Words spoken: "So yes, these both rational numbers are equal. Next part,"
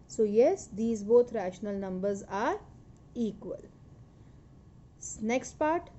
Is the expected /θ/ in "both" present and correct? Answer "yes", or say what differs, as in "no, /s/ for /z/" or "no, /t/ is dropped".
no, /t/ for /θ/